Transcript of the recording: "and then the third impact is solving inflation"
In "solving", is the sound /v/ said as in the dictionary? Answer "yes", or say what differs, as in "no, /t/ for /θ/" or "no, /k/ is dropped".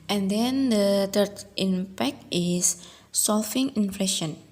no, /f/ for /v/